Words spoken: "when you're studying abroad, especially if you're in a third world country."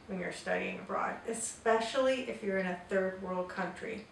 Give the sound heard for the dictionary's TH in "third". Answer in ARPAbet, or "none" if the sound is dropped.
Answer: TH